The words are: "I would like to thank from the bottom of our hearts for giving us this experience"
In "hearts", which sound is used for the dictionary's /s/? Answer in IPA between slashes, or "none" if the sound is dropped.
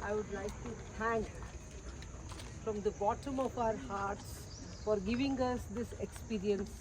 /s/